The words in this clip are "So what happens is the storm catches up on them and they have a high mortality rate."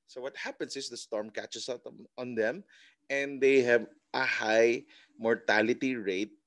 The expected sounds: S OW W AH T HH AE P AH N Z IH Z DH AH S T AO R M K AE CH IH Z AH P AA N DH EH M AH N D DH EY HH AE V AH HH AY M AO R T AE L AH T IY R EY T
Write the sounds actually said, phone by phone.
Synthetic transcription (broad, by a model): S OW W AH T HH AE P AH N S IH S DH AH S T AO R M K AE CH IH S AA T AA N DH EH M AH N D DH EY HH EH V AH HH AY M AO R T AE L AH T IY R EY T